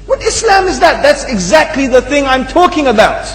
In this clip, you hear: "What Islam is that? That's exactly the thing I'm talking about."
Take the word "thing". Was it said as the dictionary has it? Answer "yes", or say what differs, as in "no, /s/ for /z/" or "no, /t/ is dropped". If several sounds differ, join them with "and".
yes